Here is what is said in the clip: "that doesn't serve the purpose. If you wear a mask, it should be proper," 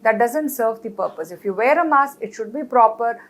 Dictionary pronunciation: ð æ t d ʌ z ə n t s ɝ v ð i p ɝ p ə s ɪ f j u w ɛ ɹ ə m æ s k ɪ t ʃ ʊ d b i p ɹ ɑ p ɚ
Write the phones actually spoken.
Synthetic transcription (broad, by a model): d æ t d ʌ z ə n t s ɝ v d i p ɝ p ə s ɪ f j u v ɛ ɹ ə m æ s ɪ t ʃ ʊ d b i p ɹ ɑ p ɚ